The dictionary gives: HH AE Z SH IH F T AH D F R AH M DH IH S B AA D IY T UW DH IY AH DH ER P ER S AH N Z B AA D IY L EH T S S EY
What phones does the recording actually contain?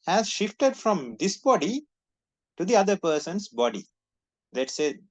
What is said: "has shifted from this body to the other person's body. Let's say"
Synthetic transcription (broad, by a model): HH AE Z SH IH F T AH D F R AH M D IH S B AA D IY T UW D IY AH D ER P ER S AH N S B AA D IY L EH T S S EY